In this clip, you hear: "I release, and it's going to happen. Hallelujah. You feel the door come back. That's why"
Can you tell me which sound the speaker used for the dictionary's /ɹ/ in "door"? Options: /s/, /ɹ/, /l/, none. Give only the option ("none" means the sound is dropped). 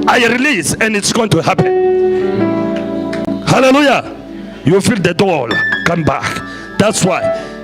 /l/